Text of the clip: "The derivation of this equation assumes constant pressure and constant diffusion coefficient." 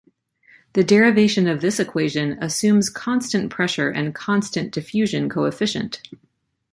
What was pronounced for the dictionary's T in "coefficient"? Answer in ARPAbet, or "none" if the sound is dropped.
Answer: T